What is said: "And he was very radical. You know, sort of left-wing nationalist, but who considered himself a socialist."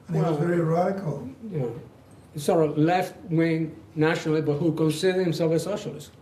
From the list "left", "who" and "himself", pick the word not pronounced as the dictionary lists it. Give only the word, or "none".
none